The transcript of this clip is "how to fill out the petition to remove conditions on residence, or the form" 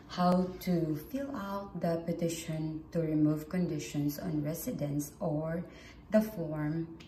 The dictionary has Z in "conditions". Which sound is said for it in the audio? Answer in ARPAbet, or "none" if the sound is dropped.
S